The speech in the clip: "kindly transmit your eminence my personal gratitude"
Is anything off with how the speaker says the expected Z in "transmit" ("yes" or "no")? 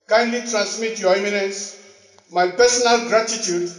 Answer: yes